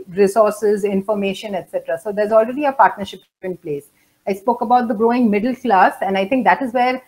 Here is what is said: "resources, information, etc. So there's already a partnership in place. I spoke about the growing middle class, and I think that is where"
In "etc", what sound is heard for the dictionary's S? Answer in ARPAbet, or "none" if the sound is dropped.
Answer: S